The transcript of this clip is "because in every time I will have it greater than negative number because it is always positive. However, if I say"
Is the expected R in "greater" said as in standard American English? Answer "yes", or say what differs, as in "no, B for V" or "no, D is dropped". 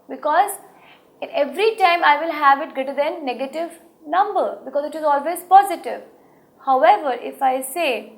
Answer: no, R is dropped